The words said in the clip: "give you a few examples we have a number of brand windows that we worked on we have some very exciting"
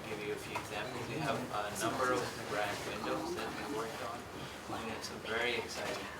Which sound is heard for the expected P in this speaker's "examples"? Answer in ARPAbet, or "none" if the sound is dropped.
none